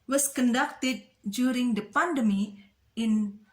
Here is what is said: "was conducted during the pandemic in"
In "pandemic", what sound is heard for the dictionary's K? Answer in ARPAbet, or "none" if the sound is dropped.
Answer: none